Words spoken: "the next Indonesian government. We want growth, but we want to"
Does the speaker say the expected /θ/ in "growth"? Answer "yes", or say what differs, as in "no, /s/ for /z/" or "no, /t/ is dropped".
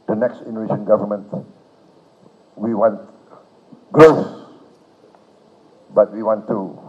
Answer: no, /s/ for /θ/